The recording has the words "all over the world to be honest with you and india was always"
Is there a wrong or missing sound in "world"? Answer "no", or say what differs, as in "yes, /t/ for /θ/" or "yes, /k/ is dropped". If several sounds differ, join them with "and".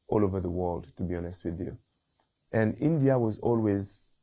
no